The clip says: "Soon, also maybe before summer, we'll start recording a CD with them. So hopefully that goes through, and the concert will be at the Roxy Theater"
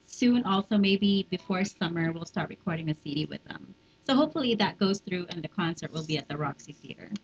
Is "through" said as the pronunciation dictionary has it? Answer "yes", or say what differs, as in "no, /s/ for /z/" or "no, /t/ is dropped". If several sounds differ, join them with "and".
yes